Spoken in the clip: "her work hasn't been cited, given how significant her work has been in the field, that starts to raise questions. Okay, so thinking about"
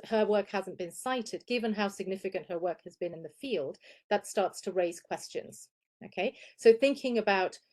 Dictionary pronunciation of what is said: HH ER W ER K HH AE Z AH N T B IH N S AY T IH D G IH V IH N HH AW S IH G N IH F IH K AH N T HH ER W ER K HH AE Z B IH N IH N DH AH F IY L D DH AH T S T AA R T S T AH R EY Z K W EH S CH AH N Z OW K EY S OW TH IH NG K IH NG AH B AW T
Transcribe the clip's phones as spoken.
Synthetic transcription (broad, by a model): HH ER W ER K HH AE Z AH N B IH N S AY T IH D G IH V IH N HH AW S IH G N IH F IH K AH N T HH ER W ER K HH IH Z B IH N IH N DH AH F IY L D DH AH T S T AA R T S T AH R EY Z K W EH S CH AH N Z OW K EY S OW TH IH NG K IH NG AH B AW T